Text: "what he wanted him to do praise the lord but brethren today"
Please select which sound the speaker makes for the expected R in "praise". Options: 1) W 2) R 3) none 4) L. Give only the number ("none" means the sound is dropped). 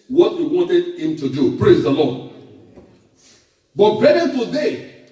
2